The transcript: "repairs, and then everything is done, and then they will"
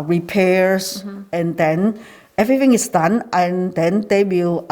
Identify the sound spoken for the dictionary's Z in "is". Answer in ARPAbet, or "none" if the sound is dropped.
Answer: S